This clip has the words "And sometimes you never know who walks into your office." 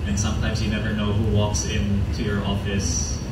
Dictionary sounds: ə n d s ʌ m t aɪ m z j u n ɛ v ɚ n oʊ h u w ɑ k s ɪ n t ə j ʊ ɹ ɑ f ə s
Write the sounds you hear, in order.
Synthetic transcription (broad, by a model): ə n s ʌ m t aɪ m z j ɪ n ɛ v ɚ n oʊ h u w ɑ k s ɪ n t ə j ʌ ɹ ɑ f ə s